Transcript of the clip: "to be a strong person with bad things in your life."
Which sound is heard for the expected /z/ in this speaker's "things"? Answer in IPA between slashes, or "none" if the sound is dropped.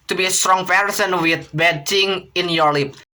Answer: none